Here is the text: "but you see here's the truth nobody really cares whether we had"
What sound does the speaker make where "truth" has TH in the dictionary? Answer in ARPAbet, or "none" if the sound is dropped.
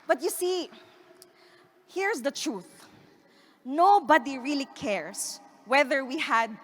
TH